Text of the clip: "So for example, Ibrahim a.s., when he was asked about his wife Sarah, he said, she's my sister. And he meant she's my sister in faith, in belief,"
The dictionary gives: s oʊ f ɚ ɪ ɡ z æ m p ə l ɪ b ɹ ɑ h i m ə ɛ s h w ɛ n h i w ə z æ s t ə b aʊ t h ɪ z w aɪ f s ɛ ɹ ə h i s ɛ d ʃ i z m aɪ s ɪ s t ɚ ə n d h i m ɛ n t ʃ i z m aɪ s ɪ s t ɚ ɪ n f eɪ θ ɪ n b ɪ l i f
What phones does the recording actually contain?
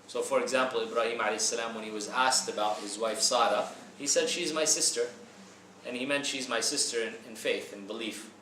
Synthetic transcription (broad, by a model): s oʊ f ɚ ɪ ɡ z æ m p l ɪ b ɹ ɑ h i m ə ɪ s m w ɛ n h i w ə z æ s t ə b aʊ t h ɪ z w aɪ f s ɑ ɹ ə h i s ɛ d ʃ i z m aɪ s ɪ s t ɚ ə n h i m ɛ n t ʃ i z m aɪ s ɪ s t ɚ ɪ n f eɪ θ ɪ n b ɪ l i f